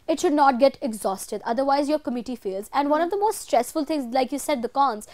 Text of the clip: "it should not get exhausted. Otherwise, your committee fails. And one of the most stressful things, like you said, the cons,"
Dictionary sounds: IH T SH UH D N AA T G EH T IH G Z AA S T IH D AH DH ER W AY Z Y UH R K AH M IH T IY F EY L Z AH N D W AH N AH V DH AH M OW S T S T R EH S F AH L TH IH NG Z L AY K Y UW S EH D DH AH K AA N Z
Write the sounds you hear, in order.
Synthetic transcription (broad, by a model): IH T SH UH D N AA T G EH T IH G Z AA S T IH D AH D ER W AY Z Y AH R K AH M IH T IY F EY L Z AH N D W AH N AH V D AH M OW S T S T R EH S F AH L T IH NG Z L AY K Y UW S EH D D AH K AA N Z